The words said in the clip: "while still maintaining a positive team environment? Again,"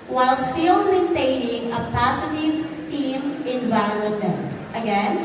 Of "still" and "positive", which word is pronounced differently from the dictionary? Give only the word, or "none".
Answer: positive